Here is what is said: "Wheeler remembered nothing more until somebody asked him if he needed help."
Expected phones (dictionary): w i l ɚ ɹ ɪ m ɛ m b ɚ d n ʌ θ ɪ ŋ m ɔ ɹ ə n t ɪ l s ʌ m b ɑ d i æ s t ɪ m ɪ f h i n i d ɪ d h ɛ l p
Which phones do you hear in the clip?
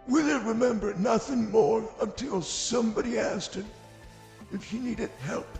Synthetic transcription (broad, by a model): w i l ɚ ɹ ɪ m ɛ m b ɚ n ʌ θ ɪ ŋ m ɔ ɹ ə n t ɪ l s ʌ m b ɑ d i æ s t ɪ m ɪ f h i n i d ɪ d h ɛ l p